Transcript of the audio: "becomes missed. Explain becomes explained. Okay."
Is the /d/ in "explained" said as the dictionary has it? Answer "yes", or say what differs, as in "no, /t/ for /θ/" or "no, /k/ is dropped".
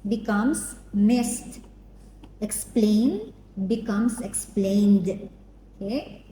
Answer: yes